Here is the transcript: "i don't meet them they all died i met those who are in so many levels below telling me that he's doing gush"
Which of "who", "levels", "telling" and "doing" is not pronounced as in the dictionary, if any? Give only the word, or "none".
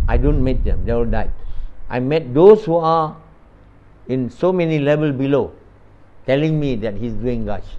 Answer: levels